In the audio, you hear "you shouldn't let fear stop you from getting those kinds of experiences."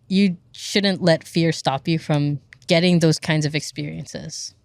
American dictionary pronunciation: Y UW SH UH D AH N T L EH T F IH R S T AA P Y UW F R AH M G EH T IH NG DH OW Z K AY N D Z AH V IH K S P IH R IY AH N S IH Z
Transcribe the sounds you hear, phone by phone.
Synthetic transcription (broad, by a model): Y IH SH UH D N T L EH T F IH R S T AA P Y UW F R AH M G EH T IH NG DH OW Z K AY N D Z AH V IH K S P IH R IY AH N S IH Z